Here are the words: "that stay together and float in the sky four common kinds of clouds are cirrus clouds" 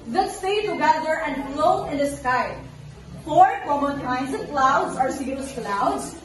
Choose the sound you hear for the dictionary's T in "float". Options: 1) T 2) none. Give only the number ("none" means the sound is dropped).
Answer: 2